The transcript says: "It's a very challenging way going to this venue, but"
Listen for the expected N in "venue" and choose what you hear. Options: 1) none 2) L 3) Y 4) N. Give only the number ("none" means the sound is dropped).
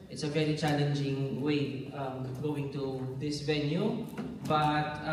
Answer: 4